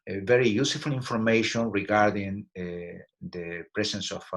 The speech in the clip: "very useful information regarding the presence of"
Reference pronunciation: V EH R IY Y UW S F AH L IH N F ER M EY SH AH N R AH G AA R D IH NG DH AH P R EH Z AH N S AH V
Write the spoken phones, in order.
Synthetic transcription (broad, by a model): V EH R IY Y UW S F AH L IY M F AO M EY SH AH N R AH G AA R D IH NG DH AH P R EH S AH N S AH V